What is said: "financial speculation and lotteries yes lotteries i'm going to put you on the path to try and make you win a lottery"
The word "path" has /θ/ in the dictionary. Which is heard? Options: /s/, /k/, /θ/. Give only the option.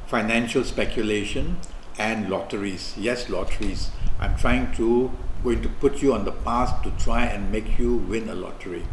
/s/